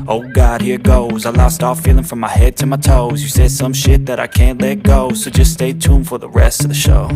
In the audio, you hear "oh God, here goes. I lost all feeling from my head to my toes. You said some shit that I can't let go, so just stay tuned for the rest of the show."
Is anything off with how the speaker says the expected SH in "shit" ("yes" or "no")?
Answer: no